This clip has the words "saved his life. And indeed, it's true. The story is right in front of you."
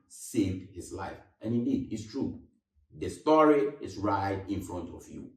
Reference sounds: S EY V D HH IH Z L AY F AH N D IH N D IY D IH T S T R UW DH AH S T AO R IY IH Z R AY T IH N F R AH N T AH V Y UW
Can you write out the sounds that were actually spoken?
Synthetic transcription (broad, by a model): S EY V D HH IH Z L AY F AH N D IH N D IY D IH T S T R UW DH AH S T AO R IY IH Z R AY T IH N F R AH N T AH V Y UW